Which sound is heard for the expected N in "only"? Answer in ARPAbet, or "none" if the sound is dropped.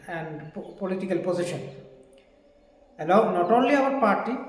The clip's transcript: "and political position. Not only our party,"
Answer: N